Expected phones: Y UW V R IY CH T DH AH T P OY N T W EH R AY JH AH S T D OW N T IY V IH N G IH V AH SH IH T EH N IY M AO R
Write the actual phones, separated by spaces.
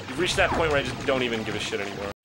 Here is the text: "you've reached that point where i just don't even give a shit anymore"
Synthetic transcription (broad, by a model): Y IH R IY CH DH AH T P OY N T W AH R AY JH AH S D OW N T IY V IH N G IH V AH SH IH T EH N IY M AO R